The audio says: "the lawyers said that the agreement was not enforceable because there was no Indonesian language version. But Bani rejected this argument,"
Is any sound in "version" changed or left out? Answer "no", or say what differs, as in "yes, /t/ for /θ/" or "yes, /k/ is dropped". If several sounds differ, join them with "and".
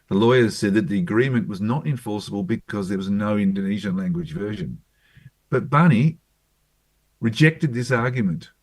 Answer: no